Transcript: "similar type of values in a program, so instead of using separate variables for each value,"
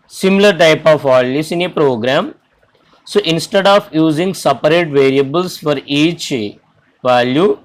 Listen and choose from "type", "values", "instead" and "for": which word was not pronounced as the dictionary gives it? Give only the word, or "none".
values